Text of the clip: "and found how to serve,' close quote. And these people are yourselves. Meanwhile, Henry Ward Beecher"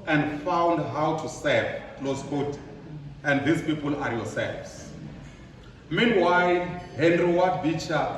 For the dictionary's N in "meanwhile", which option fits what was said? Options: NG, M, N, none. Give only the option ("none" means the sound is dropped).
N